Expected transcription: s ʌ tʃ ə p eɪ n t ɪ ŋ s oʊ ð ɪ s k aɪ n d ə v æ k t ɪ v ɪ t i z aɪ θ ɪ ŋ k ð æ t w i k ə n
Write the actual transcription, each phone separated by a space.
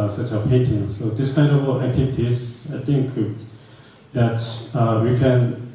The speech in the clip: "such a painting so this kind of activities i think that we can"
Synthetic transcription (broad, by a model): s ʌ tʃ ə p eɪ n t ɪ ŋ s oʊ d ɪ s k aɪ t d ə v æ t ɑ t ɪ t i s aɪ t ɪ ŋ k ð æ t w i k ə n